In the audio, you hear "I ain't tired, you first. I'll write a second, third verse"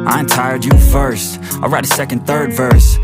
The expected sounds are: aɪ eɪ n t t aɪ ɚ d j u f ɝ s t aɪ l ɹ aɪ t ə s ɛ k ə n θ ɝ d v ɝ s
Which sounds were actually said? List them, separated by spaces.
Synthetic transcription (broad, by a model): aɪ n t t aɪ ɚ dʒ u f ɝ s t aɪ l ɹ aɪ t ə s ɛ k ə n θ ɝ d v ɝ s